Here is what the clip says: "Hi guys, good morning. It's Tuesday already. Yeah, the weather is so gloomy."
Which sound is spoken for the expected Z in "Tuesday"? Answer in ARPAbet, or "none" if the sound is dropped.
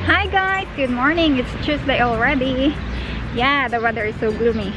S